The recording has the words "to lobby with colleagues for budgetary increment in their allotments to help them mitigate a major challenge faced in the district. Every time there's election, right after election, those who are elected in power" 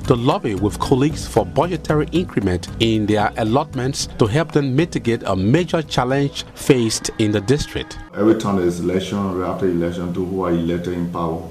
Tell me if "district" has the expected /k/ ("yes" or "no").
yes